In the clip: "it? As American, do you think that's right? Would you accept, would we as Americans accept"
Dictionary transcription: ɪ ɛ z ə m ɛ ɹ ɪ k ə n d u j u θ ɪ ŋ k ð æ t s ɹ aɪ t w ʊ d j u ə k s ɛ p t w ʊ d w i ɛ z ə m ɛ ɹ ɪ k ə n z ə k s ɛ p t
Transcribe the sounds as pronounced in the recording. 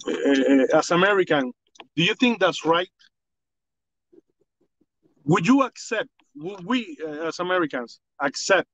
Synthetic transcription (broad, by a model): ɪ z ə m ɛ ɹ ɪ k ə n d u j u θ ɪ ŋ k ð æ t s ɹ aɪ t w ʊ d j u ə k s ɛ p t w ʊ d w i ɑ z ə m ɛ ɹ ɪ k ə n s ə k s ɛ p t